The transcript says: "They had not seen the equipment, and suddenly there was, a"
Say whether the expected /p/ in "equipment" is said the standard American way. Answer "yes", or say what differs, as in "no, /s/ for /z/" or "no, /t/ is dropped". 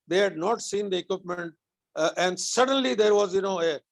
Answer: yes